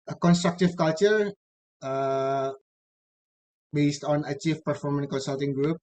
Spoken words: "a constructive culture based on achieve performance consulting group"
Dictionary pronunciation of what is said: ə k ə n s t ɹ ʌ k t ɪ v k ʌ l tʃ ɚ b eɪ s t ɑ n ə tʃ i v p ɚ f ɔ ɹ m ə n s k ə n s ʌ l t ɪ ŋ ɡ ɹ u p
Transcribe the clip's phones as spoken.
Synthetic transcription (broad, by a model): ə k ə n s t ɹ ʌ k t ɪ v k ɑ l tʃ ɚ b eɪ s t ɑ n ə tʃ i f p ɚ f ɔ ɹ m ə n k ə n s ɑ l t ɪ ŋ ɡ ɹ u p